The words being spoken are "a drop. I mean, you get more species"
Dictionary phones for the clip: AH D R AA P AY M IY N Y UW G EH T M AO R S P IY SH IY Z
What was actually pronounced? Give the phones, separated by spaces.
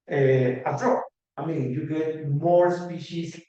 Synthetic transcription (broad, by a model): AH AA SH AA AY M IY N Y UW G EH T M AO R S P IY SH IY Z